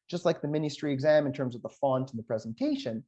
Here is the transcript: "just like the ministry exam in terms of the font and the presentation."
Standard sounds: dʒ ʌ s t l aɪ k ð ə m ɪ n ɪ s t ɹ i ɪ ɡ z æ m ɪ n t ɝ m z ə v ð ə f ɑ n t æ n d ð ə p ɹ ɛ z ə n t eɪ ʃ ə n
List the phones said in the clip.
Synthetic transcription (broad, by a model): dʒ ʌ s t l aɪ k ð ə m ɪ n ɪ s t ɹ i ɪ ɡ z æ m ɪ n t ɝ m z ə v ð ə f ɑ n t n ð ə p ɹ ɛ z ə n t eɪ ʃ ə n